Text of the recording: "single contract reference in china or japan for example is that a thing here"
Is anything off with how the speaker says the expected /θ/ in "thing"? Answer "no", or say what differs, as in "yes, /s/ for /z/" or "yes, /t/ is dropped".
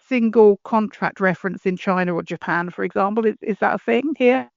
no